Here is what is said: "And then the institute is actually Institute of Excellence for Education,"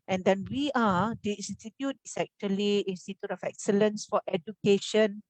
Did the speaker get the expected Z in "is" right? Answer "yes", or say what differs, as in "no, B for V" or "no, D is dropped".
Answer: no, S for Z